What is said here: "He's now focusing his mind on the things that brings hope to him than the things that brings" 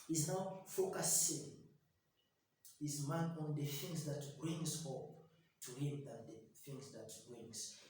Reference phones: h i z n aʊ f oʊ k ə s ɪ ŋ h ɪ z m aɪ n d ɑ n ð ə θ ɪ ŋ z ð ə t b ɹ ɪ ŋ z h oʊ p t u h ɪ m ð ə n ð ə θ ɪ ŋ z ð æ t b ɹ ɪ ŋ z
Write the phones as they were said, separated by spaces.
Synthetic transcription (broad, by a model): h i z n aʊ f oʊ k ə s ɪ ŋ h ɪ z m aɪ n ɑ n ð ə θ ɪ ŋ z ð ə t b ɹ ɪ ŋ z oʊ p t u h ɪ m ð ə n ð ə θ ɪ ŋ z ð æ t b ɹ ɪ ŋ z